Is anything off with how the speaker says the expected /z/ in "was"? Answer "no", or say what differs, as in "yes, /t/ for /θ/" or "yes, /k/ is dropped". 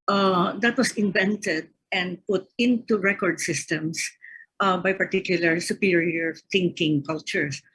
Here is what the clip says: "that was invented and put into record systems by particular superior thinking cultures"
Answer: yes, /s/ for /z/